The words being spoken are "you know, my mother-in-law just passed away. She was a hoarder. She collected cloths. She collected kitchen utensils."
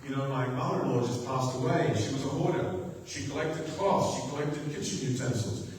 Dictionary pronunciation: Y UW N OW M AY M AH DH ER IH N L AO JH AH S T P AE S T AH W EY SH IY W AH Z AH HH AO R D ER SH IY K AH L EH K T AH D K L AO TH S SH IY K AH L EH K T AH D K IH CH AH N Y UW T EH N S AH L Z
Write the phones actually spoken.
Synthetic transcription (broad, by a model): Y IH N OW M AY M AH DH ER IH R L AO JH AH S P AE S T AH W EY SH IY W AH Z AH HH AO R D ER SH IY K AH L EH K T AH D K AO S SH IY K AH L EH K T AH D K IH CH AH N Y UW T EH N S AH L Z